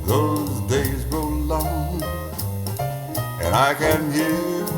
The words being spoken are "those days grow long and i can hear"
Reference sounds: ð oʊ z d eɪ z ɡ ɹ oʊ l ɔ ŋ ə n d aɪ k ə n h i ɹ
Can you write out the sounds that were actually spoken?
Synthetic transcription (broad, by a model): ð oʊ z d eɪ z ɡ oʊ l ɔ ŋ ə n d aɪ k ə n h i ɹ